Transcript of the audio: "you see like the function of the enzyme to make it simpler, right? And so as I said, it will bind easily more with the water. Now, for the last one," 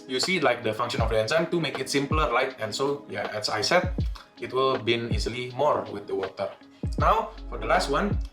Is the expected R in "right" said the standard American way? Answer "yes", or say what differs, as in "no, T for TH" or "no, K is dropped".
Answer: no, L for R